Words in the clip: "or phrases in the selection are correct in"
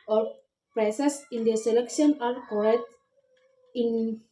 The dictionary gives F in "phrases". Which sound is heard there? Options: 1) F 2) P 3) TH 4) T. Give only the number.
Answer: 2